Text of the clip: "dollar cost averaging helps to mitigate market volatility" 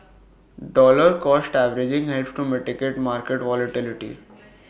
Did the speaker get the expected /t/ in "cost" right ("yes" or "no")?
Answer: yes